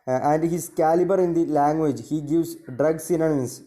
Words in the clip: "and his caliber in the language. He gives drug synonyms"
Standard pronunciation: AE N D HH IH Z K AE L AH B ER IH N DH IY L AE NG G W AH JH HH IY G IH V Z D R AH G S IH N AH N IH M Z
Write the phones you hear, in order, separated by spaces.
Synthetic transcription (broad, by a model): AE N D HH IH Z K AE L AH B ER IH N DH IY L AE NG G W AH JH HH IY G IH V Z D R AH G S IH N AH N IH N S